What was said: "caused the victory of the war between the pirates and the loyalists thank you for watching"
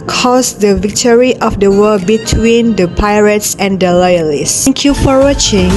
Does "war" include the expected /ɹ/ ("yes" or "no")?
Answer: no